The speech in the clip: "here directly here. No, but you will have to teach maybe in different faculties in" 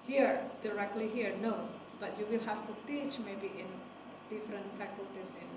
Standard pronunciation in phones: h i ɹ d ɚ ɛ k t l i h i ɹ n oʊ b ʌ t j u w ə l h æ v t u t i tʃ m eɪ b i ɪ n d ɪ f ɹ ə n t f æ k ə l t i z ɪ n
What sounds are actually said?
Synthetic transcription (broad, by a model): h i ɹ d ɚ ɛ k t l i h i ɹ n oʊ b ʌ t j u w ə l h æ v t u t i tʃ m eɪ b i ɪ n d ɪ f ɹ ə n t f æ k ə l t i s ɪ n